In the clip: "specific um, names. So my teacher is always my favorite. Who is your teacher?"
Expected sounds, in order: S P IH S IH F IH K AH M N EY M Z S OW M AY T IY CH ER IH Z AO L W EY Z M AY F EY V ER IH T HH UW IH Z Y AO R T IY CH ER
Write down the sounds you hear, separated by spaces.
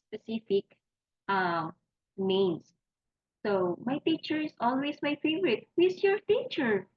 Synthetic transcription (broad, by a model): S P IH S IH F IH K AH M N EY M S OW M AY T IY CH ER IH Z AO L W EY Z M AY F EY V ER IH T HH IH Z Y AO R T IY CH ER